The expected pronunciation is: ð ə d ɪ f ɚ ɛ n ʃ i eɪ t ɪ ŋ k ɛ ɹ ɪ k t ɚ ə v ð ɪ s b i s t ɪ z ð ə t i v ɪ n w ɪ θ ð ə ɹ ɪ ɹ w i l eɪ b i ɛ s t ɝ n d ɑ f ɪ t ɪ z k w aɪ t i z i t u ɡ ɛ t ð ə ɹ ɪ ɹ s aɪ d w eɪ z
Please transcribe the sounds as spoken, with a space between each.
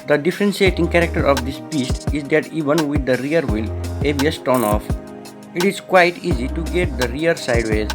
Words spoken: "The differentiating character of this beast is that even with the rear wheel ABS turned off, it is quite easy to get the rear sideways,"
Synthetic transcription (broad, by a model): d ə d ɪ f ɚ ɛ n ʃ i eɪ t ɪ ŋ k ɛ ɹ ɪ k t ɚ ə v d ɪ s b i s t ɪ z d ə t i v ɪ n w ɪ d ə ɹ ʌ ɹ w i l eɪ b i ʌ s t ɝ n ɑ f ɪ t ɪ z k w aɪ t i z i t u ɡ ɛ t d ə ɹ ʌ ɹ s aɪ d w eɪ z